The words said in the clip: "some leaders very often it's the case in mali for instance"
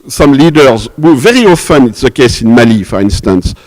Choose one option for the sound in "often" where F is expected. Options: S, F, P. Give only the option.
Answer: F